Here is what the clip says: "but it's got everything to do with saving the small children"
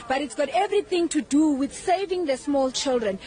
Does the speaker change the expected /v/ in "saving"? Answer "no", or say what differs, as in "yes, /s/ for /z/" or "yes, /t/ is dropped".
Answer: no